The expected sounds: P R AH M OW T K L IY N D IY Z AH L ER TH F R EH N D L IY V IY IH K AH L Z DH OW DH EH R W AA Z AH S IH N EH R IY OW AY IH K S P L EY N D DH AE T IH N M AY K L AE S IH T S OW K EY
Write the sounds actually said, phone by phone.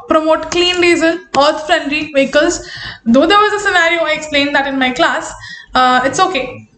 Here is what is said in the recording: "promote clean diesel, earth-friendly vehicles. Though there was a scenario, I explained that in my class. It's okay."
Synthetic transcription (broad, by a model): P R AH M OW T K L IY N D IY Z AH N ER T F R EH N D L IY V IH K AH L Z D OW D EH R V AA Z AH S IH N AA R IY OW AY IH K S P L EY N D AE T IH N M AY K L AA S IH T S OW K EY